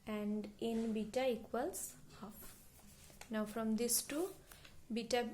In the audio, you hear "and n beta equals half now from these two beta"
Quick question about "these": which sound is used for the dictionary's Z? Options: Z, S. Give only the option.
S